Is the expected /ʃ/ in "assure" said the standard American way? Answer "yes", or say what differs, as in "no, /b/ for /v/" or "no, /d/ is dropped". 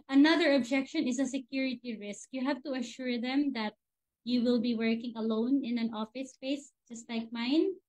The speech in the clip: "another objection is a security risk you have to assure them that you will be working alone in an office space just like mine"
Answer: yes